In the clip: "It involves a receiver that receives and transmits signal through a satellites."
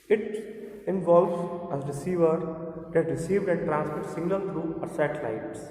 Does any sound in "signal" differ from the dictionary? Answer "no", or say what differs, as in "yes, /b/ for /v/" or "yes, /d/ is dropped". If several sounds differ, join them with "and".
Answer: yes, /l/ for /n/